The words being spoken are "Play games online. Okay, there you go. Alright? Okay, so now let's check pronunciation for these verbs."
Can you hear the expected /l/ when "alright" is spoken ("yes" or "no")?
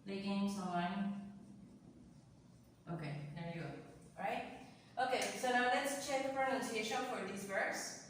no